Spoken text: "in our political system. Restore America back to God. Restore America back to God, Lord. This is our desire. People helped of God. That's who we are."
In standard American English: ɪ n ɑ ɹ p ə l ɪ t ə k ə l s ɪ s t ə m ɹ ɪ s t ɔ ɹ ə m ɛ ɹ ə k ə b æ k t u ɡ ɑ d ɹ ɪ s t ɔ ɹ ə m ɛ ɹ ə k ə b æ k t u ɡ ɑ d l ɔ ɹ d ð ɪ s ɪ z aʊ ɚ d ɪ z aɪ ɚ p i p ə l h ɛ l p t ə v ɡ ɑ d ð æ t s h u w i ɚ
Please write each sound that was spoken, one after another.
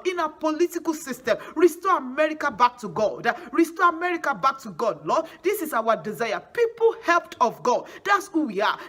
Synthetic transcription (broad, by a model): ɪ n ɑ p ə l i t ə k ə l s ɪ s t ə m ɹ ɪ s t ɔ ə m ɛ ɹ ə k ə b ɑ k t u ɡ ɑ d ɹ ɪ s t ɔ ə m ɛ ɹ ə k ə b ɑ k t u ɡ ɑ d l ɔ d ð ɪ s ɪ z aʊ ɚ d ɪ z aɪ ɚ p i p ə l h ɛ l p t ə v ɡ ɑ d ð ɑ t s h u w i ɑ